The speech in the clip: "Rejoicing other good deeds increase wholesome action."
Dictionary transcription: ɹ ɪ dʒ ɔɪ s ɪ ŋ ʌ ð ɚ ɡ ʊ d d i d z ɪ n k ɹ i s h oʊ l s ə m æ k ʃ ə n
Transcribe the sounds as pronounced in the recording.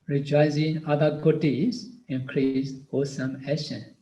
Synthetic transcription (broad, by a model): ɹ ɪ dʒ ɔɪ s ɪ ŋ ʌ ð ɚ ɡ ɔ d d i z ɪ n k ɹ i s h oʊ s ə m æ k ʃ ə n